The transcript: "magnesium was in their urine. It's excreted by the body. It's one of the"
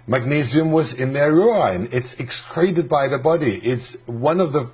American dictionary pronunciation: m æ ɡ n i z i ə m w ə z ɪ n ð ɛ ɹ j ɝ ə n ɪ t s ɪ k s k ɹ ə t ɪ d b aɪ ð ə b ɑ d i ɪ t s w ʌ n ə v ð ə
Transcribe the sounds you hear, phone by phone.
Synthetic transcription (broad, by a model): m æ ɡ n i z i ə m w ə z ɪ n ð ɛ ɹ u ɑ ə n ɪ t s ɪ k s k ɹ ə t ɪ d b aɪ ð ə b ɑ d i ɪ t s w ʌ n ə v ð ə